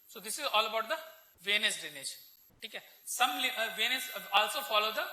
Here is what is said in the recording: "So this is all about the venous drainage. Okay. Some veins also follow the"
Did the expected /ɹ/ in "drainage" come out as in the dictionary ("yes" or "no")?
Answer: no